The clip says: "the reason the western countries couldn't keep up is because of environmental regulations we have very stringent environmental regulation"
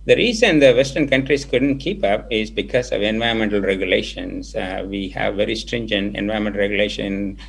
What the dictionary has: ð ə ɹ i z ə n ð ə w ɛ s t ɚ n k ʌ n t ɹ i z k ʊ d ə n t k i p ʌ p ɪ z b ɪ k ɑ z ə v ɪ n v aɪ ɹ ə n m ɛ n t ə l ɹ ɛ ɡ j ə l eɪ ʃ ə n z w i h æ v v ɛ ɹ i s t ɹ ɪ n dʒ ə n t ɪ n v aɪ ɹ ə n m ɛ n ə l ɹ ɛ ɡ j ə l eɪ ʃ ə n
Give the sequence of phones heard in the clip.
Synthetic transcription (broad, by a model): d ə ɹ i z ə n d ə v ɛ s t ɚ n k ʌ n t ɹ i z k ʊ d ə n t k i p ʌ p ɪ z b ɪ k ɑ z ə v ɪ n v aɪ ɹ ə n m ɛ n t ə l ɹ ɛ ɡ j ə l eɪ ʃ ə n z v i h æ v v ɛ ɹ i s t ɹ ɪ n dʒ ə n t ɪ n v aɪ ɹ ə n m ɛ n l ɹ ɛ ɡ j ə l eɪ ʃ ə n